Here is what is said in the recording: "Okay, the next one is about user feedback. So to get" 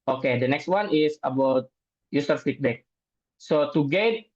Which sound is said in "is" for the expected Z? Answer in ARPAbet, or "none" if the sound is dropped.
S